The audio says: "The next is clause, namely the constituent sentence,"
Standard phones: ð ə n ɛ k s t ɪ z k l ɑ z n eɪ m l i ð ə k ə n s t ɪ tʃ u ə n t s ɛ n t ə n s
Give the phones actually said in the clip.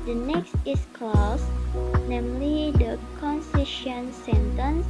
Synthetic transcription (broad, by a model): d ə n ɛ k s t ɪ s k l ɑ s n eɪ m l i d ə k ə n s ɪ ʃ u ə n s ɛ n t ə n s